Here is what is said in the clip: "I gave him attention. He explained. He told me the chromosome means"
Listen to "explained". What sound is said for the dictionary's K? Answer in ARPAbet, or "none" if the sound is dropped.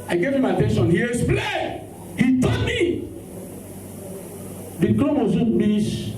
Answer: none